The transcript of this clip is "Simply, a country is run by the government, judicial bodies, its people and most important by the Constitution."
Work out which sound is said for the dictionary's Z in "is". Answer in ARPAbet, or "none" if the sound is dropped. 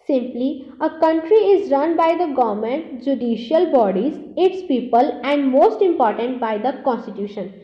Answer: Z